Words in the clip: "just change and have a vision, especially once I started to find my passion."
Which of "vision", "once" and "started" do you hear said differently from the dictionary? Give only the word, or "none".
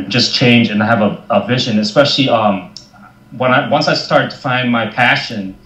none